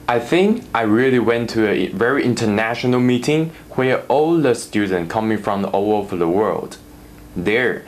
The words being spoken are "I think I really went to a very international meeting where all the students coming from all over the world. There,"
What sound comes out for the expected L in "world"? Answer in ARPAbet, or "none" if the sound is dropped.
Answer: L